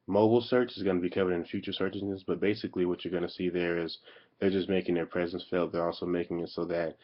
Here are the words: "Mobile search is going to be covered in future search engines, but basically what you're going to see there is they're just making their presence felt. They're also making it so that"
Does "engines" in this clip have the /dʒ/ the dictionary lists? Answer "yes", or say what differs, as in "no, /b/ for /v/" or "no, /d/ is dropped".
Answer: no, /dʒ/ is dropped